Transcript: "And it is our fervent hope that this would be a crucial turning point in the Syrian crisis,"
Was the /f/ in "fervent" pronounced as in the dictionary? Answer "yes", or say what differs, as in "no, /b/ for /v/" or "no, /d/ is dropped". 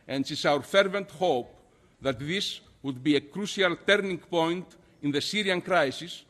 yes